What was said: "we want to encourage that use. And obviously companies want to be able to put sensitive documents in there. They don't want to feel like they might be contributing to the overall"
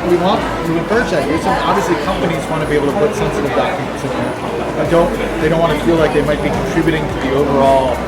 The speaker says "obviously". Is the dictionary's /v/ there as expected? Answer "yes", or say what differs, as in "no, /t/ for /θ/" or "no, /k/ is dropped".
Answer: yes